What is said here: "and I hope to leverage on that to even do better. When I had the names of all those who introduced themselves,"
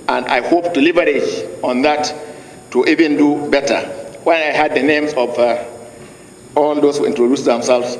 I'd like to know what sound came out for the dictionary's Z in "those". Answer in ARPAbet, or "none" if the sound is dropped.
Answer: S